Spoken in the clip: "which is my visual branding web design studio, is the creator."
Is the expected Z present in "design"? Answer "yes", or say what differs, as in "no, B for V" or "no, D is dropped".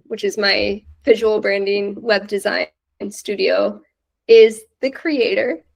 yes